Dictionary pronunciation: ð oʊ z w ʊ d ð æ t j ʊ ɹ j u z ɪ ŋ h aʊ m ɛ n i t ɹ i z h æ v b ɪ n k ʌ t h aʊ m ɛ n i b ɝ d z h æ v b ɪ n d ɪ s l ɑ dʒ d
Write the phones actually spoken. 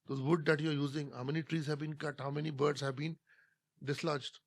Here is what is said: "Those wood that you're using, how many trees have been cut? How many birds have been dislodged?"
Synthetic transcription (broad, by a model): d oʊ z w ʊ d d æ t j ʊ ɹ j u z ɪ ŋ h aʊ m ɛ n i t ɹ i z h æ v b ɪ n k ʌ t h aʊ m ɛ n i b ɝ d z h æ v b ɪ n d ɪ s l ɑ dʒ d